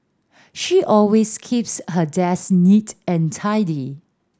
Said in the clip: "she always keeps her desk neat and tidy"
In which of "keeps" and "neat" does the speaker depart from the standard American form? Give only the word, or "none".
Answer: none